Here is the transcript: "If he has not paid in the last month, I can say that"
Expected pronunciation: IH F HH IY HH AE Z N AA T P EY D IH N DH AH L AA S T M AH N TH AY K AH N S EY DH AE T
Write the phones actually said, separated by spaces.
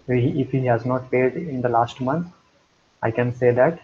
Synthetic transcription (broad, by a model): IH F HH IY HH AE Z N AA T P EY D IH N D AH L AA S T M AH N T AY K AH N S EY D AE T